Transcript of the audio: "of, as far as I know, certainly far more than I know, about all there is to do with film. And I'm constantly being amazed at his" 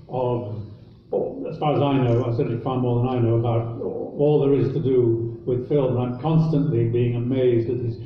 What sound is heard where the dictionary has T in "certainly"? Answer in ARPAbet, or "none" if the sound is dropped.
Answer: S